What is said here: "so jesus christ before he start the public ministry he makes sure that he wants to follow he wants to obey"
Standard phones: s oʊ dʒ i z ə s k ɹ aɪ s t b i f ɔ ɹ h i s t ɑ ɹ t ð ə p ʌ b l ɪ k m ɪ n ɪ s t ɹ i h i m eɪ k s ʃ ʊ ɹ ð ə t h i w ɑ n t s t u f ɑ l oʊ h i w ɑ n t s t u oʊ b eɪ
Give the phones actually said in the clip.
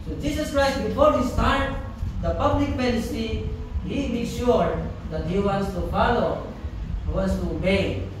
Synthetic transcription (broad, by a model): s oʊ dʒ i s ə s k ɹ aɪ s t b i f ɔ ɹ h i s t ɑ ɹ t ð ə p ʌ b l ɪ k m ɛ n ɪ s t i h i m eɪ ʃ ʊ ɹ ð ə t h i w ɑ n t s t u f ɑ l oʊ h i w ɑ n s t u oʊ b eɪ